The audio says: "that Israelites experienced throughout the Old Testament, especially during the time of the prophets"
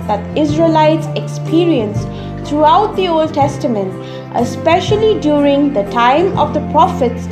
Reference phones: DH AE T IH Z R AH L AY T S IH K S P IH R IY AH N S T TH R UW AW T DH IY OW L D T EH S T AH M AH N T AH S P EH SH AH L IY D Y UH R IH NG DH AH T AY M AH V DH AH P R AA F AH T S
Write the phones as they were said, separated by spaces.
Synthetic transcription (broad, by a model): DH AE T IH Z R AH L AY T S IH K S P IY R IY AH N S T R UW AW T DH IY OW L D T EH S T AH M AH N T AH S P EH SH AH L IY D Y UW R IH NG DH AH T AY M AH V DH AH P R AA F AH T S